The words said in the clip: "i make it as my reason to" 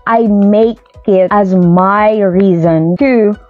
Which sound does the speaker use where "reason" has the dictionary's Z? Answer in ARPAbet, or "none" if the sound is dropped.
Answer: Z